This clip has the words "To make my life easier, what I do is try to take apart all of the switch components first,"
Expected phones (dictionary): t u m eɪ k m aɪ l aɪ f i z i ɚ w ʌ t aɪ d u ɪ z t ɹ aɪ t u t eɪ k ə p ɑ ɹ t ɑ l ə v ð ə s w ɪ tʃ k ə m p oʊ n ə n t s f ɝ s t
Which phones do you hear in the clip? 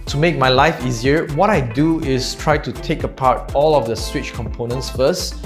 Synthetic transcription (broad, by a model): t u m eɪ k m aɪ l aɪ f i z i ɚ w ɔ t aɪ d u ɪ s t ɹ aɪ t u t eɪ k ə p ɑ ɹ t ɑ l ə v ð ə s w ɪ tʃ k ə m p oʊ n ə n t s f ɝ s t